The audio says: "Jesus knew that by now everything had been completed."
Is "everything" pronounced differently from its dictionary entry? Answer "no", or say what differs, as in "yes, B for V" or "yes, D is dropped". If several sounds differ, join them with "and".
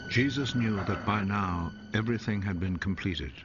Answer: no